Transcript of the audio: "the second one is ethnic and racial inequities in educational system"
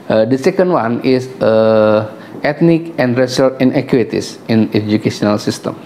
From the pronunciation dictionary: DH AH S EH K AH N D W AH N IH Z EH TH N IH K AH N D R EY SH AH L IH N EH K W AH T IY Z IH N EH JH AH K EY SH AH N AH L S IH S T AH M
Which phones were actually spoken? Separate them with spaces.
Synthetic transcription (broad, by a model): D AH S EH K AH N D W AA N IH S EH T N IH K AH N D R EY S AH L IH N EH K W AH T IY S IH N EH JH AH K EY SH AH N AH L S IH S T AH M